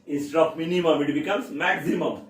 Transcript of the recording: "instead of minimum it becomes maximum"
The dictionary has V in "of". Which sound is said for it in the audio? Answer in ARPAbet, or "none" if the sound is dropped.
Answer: P